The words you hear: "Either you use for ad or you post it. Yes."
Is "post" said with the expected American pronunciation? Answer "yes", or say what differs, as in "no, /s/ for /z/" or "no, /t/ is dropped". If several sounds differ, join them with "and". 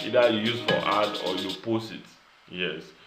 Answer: no, /t/ is dropped